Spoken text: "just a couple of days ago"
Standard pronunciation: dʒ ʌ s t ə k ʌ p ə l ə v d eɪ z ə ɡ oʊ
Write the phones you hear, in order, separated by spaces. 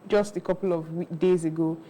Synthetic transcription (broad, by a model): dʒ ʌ s t ə k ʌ p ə w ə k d eɪ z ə ɡ oʊ